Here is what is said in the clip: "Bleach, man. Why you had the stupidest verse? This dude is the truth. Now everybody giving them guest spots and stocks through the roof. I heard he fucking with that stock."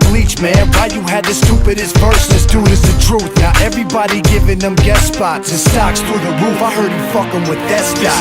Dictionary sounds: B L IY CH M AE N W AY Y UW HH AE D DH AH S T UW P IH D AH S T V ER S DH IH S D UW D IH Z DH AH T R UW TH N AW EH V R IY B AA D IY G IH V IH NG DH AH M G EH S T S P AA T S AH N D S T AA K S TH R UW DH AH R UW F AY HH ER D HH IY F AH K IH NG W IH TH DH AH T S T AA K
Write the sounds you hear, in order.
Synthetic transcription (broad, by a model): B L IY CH M AE N W AY Y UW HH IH D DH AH S T UW P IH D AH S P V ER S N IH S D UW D IH Z DH AH T R UW TH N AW EH V R IY B AA D IY G IH V IH NG DH AH M G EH T S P AA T AH S T AA K S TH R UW DH AH R UW F AY HH ER D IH F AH K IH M W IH DH AH T S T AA